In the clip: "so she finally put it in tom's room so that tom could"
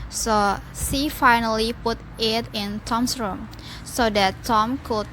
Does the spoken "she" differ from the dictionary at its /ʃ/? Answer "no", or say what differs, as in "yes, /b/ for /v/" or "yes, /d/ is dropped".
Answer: yes, /s/ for /ʃ/